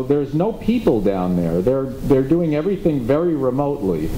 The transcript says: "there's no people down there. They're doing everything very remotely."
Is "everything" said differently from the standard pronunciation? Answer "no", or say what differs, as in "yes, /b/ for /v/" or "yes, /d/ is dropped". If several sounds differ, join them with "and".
no